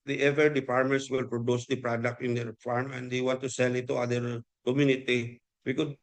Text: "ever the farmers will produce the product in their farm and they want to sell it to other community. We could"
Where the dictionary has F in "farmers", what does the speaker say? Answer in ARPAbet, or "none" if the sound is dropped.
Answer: P